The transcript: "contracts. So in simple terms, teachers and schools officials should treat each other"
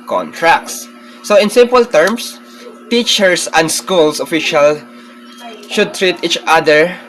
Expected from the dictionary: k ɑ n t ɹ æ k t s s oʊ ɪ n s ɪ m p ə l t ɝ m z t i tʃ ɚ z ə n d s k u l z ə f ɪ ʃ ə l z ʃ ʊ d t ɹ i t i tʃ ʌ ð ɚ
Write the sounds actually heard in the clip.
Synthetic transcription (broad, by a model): k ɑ n t ɹ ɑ k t s s oʊ ɪ n s ɪ m p ə l t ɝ m s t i tʃ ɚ s ə n d s k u l s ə f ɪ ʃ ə l ʃ ʊ d t ɹ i t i tʃ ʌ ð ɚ